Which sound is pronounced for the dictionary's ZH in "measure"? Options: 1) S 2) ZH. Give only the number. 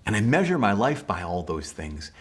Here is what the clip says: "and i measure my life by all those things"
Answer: 2